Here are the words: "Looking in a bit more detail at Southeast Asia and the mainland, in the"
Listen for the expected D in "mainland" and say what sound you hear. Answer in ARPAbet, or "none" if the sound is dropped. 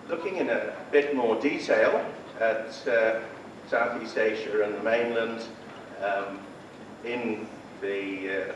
D